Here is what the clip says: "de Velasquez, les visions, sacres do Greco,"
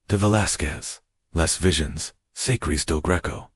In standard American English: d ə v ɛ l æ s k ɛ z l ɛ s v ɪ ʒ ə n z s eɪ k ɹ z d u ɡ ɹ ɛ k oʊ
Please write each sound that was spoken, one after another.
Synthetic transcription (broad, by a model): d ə v ɛ l æ s k ɛ z l ɛ s v ɪ ʒ ə n z s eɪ k ɹ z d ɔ ɡ ɹ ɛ k oʊ